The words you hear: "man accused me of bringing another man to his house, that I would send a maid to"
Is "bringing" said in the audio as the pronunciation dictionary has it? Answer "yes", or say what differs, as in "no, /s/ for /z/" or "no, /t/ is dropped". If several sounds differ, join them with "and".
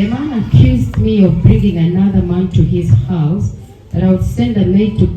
yes